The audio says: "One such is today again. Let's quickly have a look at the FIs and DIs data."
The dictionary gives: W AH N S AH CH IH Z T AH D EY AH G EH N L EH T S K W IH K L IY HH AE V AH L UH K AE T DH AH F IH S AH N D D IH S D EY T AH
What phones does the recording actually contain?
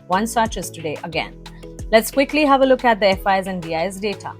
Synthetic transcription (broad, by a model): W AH N S AH CH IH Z T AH D EY AH G EH N L EH T S K W IH K L IY HH AE V AH L UH K AE T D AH F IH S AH N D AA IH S D EY T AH